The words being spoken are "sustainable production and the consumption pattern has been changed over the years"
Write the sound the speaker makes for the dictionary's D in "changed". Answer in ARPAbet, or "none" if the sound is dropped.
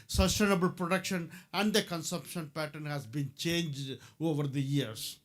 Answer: D